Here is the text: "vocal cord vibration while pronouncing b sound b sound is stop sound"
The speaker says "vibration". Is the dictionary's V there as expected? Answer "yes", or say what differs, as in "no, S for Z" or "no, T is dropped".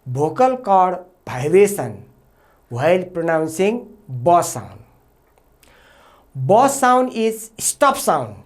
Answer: no, B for V